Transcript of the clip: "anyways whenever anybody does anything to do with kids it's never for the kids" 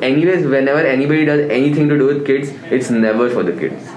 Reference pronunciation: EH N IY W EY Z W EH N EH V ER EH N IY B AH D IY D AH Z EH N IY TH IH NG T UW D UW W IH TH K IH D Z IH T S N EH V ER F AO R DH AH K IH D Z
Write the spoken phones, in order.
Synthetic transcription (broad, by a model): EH N IY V EY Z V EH N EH V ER EH N IY B AH D IY D AH Z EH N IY T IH NG T UW D UW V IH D K IH D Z IH T S N EH V ER F AO R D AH K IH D